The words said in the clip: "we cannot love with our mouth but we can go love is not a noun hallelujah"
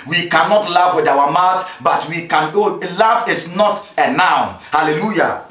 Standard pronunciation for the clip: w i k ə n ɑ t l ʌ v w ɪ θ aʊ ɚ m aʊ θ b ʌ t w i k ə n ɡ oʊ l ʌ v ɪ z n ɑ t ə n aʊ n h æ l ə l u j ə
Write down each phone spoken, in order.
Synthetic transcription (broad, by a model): w i k ə n ɑ t l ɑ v w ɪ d aʊ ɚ m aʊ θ b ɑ t w i k ə n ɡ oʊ l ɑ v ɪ s n ɑ t ə n aʊ n h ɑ l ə l u j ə